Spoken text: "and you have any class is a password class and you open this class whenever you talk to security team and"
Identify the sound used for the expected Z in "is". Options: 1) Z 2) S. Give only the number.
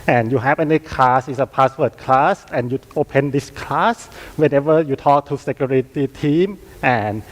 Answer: 2